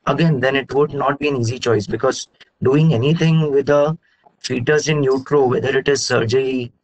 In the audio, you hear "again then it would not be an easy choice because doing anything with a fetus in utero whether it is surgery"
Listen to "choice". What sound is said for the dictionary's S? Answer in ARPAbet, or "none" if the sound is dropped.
S